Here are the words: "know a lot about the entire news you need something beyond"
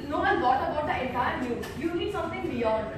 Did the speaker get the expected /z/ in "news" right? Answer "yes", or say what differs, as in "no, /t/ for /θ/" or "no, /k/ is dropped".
no, /z/ is dropped